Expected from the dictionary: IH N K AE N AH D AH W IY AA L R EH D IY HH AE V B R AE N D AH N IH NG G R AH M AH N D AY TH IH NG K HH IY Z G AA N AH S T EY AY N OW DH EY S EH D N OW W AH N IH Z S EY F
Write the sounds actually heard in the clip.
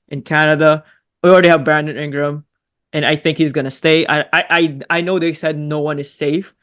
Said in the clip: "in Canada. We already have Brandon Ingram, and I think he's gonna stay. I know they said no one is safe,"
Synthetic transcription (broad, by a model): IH N K AE N AH D AH W IY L R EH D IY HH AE V B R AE N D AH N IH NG G R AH M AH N AY TH IH NG K HH IY Z G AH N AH S T EY AY N OW DH EY S EH D N OW W AH N IH Z S EY F